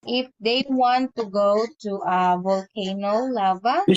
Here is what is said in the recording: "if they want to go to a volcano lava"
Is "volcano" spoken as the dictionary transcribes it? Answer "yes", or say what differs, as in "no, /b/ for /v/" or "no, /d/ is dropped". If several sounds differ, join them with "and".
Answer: yes